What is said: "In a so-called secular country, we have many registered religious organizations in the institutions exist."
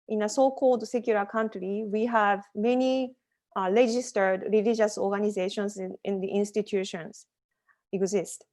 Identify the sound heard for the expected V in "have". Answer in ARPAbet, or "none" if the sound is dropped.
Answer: V